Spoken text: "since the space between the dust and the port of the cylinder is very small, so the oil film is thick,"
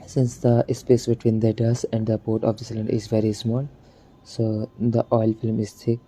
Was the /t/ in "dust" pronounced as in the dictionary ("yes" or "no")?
no